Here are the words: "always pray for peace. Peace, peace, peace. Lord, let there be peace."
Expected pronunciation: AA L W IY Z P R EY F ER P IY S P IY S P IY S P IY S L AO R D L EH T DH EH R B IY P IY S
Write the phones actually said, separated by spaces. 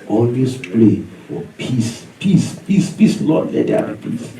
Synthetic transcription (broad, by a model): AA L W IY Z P L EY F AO P IY S P IY S P IY S P IY S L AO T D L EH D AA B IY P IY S